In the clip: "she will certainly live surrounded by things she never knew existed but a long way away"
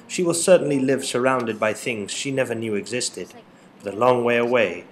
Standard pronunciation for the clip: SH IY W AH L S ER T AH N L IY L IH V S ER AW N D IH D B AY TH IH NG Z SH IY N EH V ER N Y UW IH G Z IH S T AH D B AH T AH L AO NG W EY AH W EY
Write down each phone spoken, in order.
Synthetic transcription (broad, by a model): SH IY W AH L S ER T N L IY L IH V S ER AW N D IH D B AY TH IH NG Z SH IY N EH V ER N Y UW IH G Z IH S T AH D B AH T AH L AO NG W EY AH W EY